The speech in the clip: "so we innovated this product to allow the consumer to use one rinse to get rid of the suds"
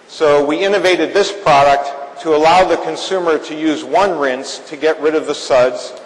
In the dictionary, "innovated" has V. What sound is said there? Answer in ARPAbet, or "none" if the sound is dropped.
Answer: V